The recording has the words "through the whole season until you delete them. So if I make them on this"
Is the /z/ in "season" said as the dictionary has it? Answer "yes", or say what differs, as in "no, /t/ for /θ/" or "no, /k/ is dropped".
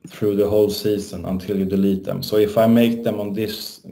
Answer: no, /s/ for /z/